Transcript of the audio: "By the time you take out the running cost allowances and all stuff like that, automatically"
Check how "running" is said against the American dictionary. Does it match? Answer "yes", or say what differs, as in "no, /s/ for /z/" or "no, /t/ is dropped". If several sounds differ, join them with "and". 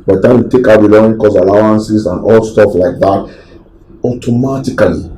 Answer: no, /l/ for /ɹ/ and /n/ is dropped